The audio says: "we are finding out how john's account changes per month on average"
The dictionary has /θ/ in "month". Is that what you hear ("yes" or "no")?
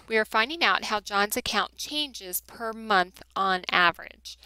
yes